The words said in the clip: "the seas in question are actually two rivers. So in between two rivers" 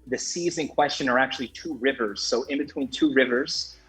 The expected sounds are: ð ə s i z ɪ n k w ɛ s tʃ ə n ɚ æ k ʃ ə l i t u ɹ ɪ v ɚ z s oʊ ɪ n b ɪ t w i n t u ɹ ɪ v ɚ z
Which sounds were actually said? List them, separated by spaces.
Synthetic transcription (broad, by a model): ð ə s i z ɪ n k w ɛ s tʃ ə n ɚ æ k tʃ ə l i t u ɹ ɪ v ɚ z s oʊ ɪ n b ɪ t w i n t u ɹ ɪ v ɚ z